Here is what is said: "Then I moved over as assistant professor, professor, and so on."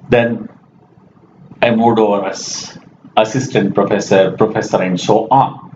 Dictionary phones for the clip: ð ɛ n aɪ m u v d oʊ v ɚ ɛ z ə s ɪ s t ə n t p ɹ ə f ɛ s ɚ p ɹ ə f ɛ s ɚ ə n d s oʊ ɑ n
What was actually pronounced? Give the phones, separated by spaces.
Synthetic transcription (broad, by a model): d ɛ n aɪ m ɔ d oʊ v ɚ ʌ s ə s ɪ s t ə n t p ɹ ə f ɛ s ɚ p ɹ ə f ɛ s ɚ ə n d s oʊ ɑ